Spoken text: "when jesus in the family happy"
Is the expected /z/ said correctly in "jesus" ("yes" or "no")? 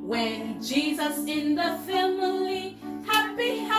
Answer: yes